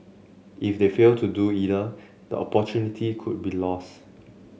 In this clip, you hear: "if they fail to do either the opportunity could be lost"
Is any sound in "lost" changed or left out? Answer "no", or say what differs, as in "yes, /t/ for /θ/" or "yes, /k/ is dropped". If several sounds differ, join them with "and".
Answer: no